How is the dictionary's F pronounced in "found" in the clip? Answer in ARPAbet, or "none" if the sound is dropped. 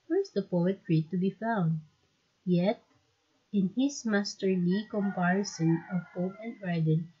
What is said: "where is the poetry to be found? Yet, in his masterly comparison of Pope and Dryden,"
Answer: F